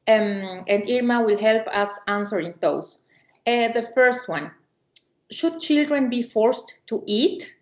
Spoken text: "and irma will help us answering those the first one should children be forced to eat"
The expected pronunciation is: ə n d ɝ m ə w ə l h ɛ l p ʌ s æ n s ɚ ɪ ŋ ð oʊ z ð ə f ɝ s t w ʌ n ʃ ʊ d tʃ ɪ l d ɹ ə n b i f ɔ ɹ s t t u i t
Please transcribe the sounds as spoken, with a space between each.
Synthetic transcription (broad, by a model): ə n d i m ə w ə l h ɛ l p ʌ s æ n s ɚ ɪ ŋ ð oʊ s ð ə f ɝ s t w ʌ n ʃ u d tʃ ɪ l d ɹ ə n b i f ɔ ɹ s t t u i t